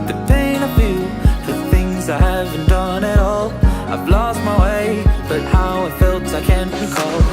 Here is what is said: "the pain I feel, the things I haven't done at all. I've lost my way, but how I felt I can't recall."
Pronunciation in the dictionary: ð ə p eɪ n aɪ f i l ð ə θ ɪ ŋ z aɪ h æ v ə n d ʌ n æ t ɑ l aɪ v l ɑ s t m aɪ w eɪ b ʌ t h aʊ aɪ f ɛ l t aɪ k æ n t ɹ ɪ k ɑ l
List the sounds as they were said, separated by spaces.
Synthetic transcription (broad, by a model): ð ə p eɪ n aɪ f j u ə θ ɪ ŋ z aɪ h æ v ə n d ʌ n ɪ t ɑ l aɪ v l ɑ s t m aɪ w eɪ b ʌ t h aʊ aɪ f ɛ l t aɪ k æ n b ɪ k ɑ l